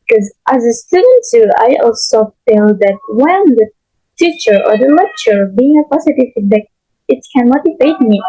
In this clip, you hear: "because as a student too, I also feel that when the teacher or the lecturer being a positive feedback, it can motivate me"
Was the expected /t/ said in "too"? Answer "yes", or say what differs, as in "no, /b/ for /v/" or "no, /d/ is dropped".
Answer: no, /s/ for /t/